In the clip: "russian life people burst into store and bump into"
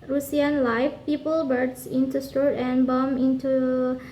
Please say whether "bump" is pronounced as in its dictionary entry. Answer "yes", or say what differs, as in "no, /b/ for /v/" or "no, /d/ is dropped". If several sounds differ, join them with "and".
no, /p/ is dropped